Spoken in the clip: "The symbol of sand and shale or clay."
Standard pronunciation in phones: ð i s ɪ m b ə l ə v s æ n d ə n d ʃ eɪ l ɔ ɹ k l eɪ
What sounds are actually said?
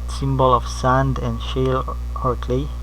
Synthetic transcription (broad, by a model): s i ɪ m b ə l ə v s æ n d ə n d ʃ eɪ l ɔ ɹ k l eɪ